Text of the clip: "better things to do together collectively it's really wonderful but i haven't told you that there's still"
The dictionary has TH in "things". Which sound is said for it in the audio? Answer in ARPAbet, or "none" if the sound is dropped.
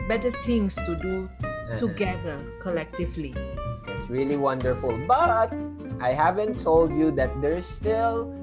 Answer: T